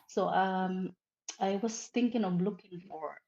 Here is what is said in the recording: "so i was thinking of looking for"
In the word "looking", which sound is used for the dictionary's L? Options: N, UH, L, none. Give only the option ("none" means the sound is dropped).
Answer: L